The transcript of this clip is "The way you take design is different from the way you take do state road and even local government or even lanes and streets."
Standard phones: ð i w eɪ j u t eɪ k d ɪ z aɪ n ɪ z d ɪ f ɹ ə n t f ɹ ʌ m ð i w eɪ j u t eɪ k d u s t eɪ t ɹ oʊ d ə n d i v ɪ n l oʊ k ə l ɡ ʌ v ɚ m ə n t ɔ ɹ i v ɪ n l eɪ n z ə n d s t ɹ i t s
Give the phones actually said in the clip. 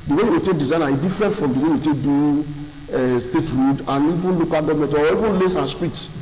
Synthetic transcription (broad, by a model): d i w eɪ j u t eɪ k d ɪ z aɪ n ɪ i d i f ɹ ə n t f ɹ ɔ m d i w eɪ j u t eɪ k d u s t eɪ t ɹ oʊ d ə n i v ɪ n l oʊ k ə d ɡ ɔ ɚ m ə t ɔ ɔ i v ɪ n l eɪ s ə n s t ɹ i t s